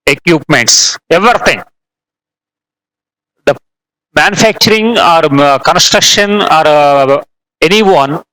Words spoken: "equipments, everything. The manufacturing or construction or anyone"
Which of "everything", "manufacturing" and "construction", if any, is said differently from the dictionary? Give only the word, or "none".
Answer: everything